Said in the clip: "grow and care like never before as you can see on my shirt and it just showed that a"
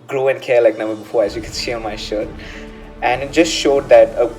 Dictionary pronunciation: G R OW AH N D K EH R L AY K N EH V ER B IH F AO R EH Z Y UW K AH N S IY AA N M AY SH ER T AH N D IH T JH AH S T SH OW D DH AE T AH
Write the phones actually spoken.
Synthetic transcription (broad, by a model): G R OW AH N K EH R L AY K N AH B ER B IH F AO R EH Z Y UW K AH N S IY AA M AY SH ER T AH N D IH T JH AH S T SH OW D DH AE T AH